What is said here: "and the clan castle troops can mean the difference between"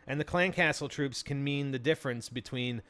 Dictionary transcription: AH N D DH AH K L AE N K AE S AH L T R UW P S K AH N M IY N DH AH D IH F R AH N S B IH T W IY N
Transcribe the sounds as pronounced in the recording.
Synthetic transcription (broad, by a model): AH N DH AH K L AE N K AE S L T R UW P S K AH N M IY N DH AH D IH F R AH N S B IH T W IY N